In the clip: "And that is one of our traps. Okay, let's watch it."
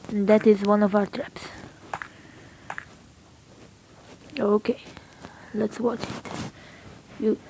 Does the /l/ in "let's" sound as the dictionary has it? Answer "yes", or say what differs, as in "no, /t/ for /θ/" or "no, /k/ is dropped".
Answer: yes